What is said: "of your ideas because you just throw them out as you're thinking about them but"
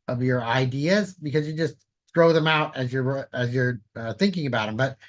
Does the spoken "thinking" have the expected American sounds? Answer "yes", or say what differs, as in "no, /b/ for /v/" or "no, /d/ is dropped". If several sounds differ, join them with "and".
yes